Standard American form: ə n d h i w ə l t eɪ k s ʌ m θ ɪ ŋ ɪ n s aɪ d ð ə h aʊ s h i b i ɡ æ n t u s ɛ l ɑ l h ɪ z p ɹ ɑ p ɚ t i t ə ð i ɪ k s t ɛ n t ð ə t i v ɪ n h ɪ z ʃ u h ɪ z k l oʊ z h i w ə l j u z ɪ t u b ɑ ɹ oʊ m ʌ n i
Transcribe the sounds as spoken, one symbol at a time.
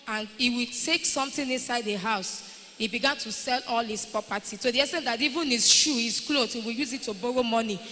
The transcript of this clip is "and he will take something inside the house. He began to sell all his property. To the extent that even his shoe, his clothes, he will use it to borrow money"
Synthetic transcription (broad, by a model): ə n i w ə t eɪ k s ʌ m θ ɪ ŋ ɪ n s aɪ d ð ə h aʊ s h i b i ɡ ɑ n t u s ɛ l ɑ l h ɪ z p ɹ ɑ p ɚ t i s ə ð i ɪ s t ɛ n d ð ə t i v ɪ n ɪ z ʃ u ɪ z k l oʊ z h i w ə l j u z ɪ t u b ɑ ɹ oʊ m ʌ n i